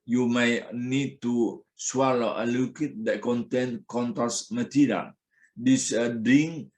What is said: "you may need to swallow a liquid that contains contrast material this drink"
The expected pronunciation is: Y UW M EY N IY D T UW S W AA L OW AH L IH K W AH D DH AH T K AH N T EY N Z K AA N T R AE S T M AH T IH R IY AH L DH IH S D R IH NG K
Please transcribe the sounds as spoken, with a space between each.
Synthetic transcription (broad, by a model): Y UW M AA N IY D T UW S W AA L OW AH L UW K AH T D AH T K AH N T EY N K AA N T AE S M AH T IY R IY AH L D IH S D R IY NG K